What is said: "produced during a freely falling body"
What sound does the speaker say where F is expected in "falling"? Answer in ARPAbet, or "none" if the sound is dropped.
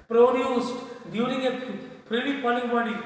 P